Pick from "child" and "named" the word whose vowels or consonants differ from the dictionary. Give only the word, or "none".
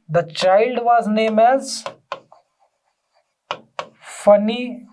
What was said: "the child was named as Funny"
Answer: named